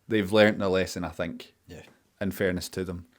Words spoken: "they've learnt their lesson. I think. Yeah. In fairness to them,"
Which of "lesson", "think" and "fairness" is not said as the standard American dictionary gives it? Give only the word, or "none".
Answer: none